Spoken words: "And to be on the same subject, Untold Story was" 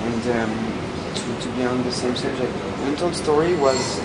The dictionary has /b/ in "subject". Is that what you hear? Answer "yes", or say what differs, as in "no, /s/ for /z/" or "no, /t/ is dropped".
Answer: no, /b/ is dropped